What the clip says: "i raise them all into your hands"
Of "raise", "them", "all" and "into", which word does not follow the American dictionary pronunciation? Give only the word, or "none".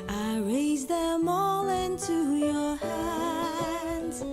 none